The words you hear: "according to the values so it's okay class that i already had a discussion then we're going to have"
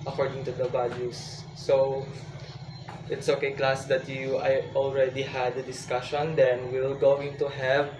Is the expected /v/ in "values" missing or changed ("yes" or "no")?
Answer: yes